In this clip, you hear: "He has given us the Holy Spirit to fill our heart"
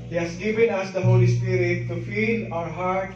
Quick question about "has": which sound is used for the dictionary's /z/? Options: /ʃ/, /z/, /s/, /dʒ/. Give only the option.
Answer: /s/